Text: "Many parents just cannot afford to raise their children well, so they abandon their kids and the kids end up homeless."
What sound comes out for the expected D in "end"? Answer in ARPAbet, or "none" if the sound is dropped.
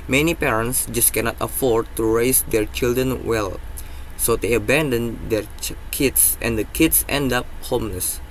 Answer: D